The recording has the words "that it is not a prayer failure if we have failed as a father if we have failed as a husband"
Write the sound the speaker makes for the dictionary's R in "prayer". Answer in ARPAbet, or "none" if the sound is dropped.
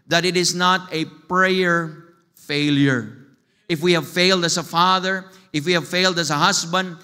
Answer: R